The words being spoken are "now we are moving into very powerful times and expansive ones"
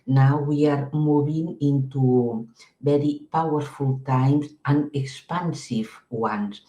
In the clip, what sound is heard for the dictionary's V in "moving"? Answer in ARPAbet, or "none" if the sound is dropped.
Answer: B